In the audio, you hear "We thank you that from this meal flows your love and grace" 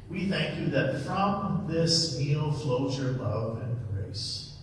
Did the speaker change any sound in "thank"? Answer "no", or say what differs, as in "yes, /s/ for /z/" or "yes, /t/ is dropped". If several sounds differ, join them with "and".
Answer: no